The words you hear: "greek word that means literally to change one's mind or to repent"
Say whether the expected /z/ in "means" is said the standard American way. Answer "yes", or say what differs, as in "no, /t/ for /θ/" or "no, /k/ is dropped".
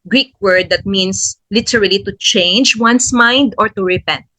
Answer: no, /s/ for /z/